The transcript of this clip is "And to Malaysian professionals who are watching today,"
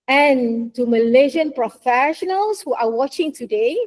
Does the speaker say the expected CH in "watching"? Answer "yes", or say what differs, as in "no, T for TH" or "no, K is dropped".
yes